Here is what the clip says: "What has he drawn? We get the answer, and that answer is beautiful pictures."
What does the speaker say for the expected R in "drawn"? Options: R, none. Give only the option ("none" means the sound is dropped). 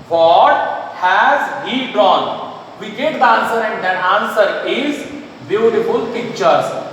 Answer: none